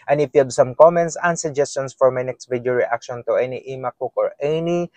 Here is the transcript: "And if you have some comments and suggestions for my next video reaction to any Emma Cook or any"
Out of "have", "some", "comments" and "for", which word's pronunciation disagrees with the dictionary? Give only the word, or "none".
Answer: have